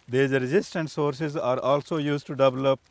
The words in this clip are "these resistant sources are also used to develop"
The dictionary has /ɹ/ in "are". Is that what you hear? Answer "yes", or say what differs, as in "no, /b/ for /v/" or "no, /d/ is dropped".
yes